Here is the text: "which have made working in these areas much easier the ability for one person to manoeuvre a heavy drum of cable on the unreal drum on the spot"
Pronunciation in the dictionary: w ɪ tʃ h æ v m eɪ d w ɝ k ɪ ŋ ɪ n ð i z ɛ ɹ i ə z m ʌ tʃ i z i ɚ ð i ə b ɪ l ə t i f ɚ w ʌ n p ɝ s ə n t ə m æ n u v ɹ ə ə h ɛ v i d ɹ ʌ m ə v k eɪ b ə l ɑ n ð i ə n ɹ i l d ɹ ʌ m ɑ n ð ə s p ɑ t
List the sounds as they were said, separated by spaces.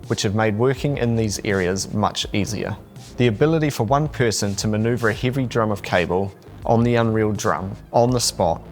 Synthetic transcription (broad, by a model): w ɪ tʃ h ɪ v m eɪ d w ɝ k ɪ ŋ ɪ n ð i z ɛ ɹ i ə z m ʌ tʃ i z i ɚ ð i ə b ɪ l ə t i f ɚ w ʌ n p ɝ s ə n t ə m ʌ n u v ɹ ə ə h ɛ v i d ɹ ʌ m ə v k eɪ b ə l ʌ n ð i ə n ɹ i l d ɹ ʌ m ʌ n ð ə s p ɑ t